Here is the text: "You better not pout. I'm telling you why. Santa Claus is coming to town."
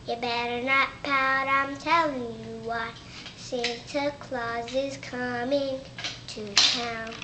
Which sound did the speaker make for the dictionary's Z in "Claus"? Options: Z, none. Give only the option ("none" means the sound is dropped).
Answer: Z